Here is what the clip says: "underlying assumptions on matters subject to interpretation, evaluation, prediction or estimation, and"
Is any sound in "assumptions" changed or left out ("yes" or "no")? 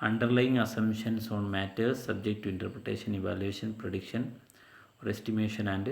yes